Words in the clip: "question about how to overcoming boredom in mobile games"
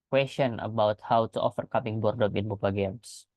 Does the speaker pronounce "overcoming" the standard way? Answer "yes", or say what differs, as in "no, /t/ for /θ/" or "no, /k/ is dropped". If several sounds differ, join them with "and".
no, /f/ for /v/